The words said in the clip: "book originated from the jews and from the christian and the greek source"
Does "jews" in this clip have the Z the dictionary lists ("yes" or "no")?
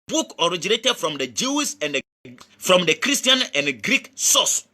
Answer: no